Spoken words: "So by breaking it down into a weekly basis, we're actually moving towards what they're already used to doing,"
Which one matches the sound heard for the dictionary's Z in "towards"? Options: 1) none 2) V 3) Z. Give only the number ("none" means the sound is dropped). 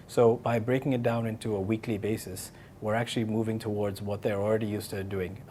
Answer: 3